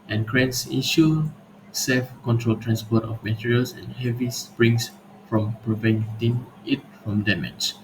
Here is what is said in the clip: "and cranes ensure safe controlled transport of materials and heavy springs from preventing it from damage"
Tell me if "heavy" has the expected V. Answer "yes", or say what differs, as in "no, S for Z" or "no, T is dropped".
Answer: yes